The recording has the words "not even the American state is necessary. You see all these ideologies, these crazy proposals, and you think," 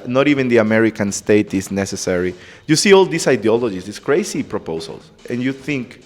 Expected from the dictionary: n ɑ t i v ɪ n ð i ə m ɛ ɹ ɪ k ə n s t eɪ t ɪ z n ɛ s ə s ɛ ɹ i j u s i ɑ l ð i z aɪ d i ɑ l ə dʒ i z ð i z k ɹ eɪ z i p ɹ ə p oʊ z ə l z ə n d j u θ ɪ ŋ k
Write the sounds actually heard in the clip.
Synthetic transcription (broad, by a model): n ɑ t i v ɪ n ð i ə m ɛ ɹ ɪ k ə n s t eɪ t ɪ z n ɛ s ə s ɛ ɹ i j u s i ɑ l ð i s aɪ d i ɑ l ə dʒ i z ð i s k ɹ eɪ s i p ɹ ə p oʊ s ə l s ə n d j u θ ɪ ŋ k